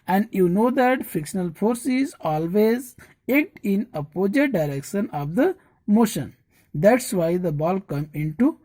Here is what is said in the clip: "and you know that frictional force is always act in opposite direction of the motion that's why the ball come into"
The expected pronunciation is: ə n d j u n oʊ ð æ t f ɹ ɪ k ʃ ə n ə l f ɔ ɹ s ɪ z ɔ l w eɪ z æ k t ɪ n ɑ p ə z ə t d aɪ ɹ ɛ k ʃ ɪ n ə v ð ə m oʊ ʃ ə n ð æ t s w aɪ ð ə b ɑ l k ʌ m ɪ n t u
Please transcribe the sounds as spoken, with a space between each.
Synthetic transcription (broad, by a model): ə n d j u n oʊ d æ t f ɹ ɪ k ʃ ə n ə l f ɔ ɹ s ɪ z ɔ l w eɪ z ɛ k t ɪ n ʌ p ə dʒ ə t d aɪ ɹ ɛ k ʃ ɪ n ə v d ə m oʊ ʃ ə n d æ t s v aɪ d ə b ɑ l k ʌ m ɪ n t u